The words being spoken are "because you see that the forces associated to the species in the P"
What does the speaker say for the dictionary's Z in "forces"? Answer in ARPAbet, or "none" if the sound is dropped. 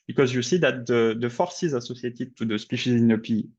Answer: Z